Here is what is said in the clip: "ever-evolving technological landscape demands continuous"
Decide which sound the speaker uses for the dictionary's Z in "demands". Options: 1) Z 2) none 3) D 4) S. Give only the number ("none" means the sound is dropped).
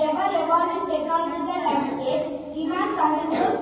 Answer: 2